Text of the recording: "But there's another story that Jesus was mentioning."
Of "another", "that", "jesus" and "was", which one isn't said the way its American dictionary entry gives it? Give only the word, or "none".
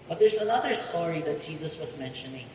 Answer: none